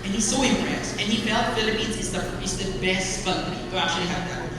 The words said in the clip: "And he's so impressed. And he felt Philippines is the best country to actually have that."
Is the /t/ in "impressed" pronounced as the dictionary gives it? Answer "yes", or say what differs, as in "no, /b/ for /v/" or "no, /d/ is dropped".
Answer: no, /t/ is dropped